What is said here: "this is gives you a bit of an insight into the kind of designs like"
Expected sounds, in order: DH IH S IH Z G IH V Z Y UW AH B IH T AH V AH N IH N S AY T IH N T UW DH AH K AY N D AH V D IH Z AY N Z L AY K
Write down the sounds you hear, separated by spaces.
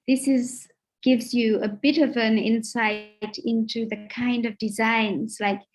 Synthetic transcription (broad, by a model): DH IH S IH Z G IH V Z Y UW AH B IH T AH V AH N IH N S AY T IH N T UW DH AH K AY N D AH V D IH Z AY N Z L AY K